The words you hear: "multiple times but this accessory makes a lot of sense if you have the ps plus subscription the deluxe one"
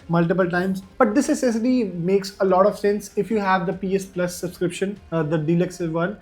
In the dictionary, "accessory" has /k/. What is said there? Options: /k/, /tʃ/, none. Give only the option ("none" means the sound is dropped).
none